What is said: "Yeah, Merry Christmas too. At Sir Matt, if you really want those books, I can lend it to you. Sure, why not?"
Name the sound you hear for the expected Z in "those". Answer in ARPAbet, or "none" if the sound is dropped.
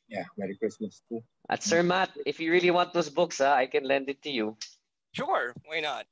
S